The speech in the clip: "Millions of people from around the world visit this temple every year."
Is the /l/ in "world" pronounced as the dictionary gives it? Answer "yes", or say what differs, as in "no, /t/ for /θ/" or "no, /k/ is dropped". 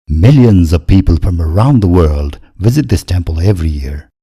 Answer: yes